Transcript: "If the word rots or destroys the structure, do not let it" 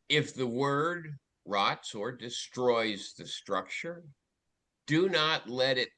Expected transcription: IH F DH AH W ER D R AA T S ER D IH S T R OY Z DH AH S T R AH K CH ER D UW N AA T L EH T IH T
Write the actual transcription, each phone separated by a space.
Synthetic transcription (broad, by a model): IH F DH AH W ER D R AA T S ER D IH S T R OY Z DH AH S T R AH K CH ER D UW N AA T L EH T IH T